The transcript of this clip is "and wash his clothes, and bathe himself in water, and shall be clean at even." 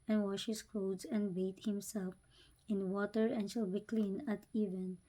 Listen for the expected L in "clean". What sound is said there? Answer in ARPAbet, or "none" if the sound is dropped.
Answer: L